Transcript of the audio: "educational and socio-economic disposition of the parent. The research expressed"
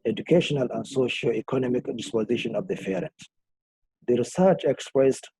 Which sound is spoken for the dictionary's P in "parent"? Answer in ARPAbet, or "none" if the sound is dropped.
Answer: F